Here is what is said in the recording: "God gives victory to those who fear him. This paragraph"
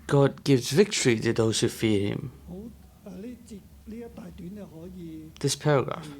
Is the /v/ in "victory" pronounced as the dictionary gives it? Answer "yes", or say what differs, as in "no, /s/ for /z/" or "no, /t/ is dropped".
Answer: yes